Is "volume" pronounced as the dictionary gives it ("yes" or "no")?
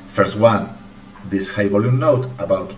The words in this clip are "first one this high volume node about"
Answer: no